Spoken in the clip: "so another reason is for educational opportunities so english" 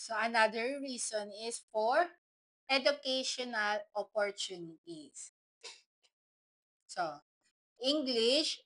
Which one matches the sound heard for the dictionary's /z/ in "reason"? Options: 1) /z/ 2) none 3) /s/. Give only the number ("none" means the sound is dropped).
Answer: 3